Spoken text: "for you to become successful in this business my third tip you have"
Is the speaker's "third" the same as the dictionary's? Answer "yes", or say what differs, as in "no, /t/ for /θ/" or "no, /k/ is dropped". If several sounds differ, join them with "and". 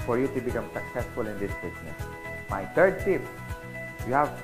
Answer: no, /t/ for /θ/